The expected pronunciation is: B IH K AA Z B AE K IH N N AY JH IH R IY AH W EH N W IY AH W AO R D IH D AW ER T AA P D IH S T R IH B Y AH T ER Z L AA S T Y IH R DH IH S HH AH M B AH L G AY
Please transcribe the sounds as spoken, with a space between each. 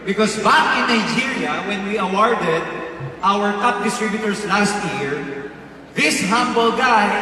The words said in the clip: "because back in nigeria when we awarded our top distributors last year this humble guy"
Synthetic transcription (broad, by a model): B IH K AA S B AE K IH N N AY JH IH R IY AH W EH N W IY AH W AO R D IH D AW ER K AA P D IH S T R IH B Y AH T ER S L AA S T Y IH R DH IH S HH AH M B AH L G AY